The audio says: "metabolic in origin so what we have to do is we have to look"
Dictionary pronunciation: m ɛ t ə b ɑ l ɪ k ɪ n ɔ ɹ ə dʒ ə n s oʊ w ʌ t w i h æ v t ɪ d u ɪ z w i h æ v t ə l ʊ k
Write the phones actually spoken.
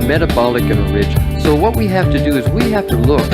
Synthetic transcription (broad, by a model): m ɛ t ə b ɑ l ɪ k ɪ n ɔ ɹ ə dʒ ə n s oʊ w ʌ t w i h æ f t ɪ d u ɪ z w i h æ f t ə l ʊ k